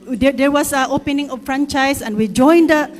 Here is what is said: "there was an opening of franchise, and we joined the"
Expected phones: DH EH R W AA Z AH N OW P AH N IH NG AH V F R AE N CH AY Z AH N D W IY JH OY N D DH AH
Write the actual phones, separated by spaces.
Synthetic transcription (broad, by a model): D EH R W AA S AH OW P AH N IH NG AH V F R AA N CH AY S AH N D W IY JH OY N D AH